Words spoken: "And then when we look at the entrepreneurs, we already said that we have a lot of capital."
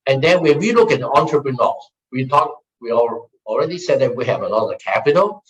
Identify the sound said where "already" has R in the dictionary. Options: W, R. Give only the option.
R